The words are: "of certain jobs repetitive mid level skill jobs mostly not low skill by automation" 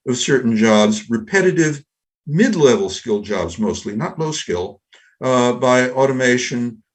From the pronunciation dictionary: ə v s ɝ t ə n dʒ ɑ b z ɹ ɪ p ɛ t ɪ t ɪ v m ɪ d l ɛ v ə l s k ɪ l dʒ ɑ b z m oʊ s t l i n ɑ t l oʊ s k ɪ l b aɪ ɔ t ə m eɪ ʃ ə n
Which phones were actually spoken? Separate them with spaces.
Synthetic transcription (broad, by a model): ə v s ɝ t n dʒ ɑ b z ɹ ɪ p ɛ t ɪ t ɪ v m ɪ d l ɛ v l s k ɪ l dʒ ɑ b z m oʊ s t l i n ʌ t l oʊ s k ɪ l b aɪ ɔ t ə m eɪ ʃ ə n